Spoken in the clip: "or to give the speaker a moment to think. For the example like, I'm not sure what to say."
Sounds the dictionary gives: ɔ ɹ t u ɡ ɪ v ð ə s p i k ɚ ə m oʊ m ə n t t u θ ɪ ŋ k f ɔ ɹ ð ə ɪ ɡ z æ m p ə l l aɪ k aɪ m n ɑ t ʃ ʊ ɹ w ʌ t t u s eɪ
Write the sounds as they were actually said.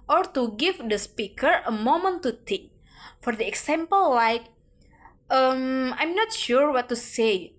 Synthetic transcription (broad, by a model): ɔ ɹ t u ɡ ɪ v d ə s p i k ɚ ə m oʊ m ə n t t u t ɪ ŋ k f ɔ ɹ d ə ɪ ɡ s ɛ m p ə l l aɪ k aɪ m n ɑ t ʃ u ɹ w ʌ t t u s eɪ